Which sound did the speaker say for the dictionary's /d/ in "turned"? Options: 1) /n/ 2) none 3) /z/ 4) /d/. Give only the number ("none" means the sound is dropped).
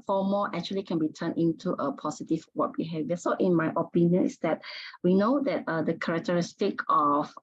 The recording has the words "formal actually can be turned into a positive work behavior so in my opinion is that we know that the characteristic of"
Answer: 2